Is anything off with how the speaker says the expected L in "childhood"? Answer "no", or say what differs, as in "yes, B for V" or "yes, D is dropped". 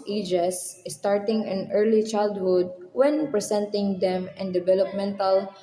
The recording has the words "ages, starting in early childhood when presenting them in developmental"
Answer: no